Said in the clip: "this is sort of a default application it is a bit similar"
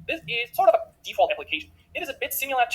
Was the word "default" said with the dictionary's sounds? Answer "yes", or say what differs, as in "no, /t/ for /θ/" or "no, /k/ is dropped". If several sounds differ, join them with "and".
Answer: yes